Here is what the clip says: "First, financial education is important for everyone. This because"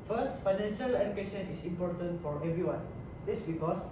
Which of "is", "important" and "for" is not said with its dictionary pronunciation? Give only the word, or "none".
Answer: is